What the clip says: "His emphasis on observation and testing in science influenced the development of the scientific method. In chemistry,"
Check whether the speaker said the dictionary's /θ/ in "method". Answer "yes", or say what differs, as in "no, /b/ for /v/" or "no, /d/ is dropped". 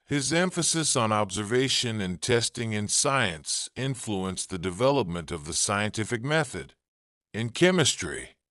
yes